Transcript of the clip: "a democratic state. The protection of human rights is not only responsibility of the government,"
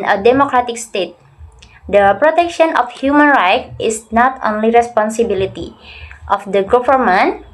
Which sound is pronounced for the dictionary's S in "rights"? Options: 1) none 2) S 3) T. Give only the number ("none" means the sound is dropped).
1